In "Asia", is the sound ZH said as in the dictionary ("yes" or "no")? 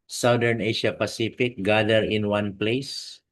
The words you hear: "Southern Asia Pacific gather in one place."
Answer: no